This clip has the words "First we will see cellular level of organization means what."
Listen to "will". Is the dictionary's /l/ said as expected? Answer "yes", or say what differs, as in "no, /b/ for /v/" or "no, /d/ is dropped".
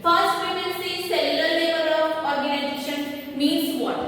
no, /n/ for /l/